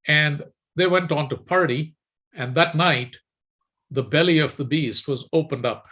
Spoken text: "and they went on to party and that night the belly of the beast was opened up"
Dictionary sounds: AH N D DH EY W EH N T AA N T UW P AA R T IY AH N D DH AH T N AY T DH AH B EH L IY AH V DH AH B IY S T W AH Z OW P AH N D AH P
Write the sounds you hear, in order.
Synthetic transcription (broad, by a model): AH N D DH EY W EH N T AA N T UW P AA R T IY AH N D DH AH T N AY T DH AH B EH L IY AH V DH AH B IY S T W AH Z OW P AH N D AH P